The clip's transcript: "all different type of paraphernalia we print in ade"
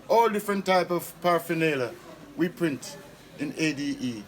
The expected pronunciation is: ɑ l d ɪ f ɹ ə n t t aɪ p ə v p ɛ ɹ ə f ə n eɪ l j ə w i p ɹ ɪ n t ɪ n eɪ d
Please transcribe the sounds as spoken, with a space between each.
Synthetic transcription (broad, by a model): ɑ l d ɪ f ɹ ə n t t aɪ p ə v p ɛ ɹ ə f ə n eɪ l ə w i p ɹ ɪ n t ɪ n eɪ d